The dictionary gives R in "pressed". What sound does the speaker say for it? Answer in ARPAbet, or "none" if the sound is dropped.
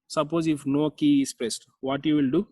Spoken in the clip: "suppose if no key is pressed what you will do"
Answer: none